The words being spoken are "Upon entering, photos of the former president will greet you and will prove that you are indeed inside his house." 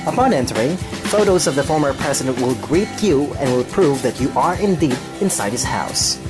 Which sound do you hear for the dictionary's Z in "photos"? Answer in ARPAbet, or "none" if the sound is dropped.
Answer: Z